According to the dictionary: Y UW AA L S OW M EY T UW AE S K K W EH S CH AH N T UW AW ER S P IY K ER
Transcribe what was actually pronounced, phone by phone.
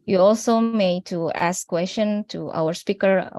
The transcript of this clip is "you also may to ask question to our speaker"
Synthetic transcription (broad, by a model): Y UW AA L S OW M EY T UW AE S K K W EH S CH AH N T UW AW ER S P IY K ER